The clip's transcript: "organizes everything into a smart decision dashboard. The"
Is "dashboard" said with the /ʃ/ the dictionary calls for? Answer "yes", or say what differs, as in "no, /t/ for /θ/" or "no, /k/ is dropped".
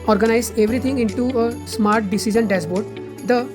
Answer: no, /s/ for /ʃ/